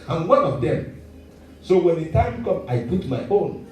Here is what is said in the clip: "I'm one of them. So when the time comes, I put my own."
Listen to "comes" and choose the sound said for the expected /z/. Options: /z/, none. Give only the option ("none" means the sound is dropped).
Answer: none